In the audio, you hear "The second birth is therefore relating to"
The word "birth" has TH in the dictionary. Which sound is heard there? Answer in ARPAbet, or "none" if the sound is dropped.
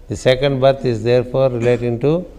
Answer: T